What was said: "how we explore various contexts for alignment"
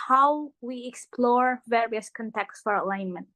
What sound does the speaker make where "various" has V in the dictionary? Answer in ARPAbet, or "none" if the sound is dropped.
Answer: V